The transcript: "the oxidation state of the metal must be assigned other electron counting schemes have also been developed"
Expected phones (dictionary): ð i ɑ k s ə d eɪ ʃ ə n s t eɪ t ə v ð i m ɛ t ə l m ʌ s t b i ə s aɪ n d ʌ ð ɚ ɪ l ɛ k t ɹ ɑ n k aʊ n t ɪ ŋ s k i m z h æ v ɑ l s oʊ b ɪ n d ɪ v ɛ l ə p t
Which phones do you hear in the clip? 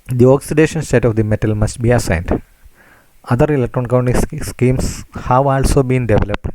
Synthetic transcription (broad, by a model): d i ɑ k s ə d eɪ ʃ ə n s t eɪ t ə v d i m ɛ t ə l m ʌ s t b i ə s aɪ n d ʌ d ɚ ɪ l ɛ k t ɹ ɑ n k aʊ n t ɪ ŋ s k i m s h æ v ɑ l s oʊ b ɪ n d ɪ v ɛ l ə p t